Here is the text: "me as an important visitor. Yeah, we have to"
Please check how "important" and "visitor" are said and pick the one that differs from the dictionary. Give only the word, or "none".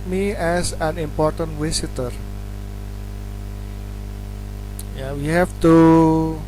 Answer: visitor